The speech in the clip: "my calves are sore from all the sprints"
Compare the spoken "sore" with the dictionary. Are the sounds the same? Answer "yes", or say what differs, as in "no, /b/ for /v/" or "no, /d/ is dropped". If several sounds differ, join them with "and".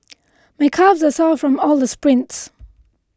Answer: no, /l/ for /ɹ/